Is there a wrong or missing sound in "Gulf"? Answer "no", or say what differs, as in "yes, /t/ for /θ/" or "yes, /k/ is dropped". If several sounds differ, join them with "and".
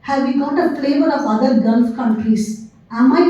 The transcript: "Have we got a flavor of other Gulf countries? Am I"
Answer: no